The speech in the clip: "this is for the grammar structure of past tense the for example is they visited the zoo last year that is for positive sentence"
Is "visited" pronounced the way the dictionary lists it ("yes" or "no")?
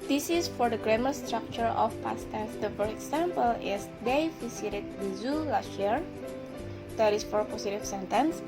no